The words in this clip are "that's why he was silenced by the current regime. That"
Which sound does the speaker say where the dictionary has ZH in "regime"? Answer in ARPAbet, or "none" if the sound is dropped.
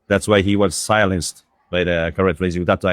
Z